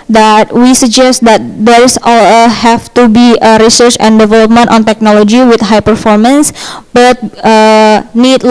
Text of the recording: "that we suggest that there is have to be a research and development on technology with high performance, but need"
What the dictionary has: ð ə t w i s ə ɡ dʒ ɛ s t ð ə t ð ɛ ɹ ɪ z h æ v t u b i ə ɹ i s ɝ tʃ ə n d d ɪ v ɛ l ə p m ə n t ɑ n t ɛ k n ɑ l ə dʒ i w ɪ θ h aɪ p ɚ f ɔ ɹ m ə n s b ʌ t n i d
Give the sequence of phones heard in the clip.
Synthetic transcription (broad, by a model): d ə t w i s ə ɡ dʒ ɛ s t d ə t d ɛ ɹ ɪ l h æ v t u b i ə ɹ i s ɝ tʃ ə n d d ɪ v ɛ l ə p m ə n t ɑ n t ɛ k n ɑ l ə dʒ i w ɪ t h aɪ p ɚ f ɔ ɹ m ə n s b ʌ t n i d